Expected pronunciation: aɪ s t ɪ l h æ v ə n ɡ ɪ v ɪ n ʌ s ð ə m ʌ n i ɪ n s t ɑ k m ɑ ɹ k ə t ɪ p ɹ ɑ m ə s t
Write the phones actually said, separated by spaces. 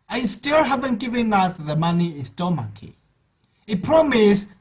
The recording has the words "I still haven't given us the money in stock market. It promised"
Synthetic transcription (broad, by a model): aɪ s t ɪ l h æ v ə n ɡ ɪ v ɪ n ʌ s ð ə m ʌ n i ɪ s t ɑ m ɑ k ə ɪ p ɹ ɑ m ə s